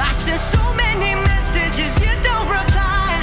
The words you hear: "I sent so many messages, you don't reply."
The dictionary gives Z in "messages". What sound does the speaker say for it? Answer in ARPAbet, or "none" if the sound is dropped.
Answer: Z